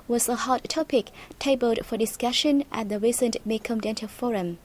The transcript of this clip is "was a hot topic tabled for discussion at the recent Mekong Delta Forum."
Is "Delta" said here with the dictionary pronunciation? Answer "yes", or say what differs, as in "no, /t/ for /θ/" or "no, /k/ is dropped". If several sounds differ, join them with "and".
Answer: no, /n/ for /l/